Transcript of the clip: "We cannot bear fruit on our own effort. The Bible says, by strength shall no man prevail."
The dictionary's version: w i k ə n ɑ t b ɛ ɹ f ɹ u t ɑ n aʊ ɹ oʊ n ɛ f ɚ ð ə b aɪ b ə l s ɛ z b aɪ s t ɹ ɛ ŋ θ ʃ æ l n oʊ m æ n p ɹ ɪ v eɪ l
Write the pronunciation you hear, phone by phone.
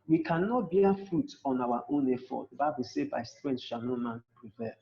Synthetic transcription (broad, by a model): w i k ə n ɑ t b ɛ f ɹ u t ɑ n aʊ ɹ oʊ n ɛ f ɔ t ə b aɪ b ə l s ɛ b aɪ s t ɹ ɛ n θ ʃ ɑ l n oʊ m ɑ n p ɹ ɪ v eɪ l